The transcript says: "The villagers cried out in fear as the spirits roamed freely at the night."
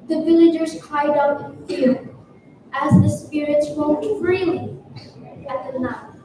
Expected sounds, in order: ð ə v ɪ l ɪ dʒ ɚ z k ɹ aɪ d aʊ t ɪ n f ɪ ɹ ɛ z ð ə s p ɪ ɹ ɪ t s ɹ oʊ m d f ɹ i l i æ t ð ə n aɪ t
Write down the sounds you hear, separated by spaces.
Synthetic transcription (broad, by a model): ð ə v ɪ l ɪ dʒ ɚ z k aɪ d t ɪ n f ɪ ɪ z ð ə s p ɪ ɹ ɪ t s w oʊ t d f ɹ i l i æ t ð ə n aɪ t